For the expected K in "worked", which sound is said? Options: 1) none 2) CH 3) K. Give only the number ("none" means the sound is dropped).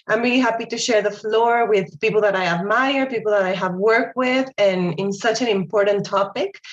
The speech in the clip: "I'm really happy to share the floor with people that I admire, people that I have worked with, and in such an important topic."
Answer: 3